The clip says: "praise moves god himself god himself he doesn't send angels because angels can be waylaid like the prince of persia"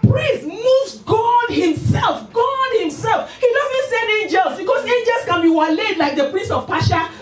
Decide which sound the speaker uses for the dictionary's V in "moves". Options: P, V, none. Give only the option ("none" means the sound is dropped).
none